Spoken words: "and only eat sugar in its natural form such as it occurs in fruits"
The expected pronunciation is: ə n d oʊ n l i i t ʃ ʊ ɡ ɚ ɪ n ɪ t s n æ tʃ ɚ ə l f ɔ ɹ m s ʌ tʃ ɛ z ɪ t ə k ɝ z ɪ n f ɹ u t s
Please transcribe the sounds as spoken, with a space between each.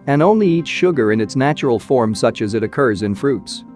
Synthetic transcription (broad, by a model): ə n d oʊ n l i i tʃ ʃ ʊ ɡ ɚ ɪ n ɪ t s n æ tʃ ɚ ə l f ɔ ɹ m s ʌ tʃ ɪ z ɪ t ə k ɝ z ɪ n f ɹ u t s